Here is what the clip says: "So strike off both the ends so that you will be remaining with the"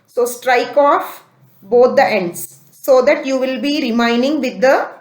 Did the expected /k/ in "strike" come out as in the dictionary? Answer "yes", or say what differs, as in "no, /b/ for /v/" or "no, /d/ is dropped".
yes